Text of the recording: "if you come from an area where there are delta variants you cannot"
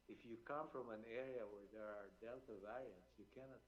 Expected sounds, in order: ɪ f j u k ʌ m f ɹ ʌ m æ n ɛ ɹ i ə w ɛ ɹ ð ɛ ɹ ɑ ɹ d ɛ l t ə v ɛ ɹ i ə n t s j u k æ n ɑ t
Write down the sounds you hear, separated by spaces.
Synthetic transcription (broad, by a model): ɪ f j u k ʌ m f ɹ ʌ m æ n ɛ ɹ i ə w ɛ ɹ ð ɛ ɹ ɑ ɹ d ɛ l t ə v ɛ ɹ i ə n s j u k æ n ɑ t